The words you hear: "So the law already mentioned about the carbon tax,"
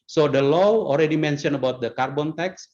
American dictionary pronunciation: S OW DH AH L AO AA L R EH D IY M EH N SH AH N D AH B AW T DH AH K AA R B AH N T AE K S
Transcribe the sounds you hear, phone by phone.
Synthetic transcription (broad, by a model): S OW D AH L AO AA L R EH D IY M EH N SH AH N AH B AW T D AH K AA R B AH N T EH K S